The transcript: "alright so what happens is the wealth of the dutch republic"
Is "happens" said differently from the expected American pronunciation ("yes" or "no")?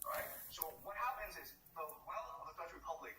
no